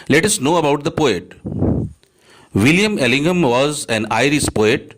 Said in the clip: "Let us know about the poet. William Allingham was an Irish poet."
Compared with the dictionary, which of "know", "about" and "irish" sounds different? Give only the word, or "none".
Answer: irish